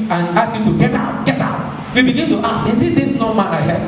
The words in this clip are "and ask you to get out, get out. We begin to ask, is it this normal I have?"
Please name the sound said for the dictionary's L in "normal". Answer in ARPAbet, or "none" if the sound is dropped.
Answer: N